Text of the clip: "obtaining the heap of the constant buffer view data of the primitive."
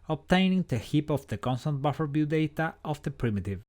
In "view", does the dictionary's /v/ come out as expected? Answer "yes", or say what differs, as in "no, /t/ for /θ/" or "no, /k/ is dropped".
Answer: no, /b/ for /v/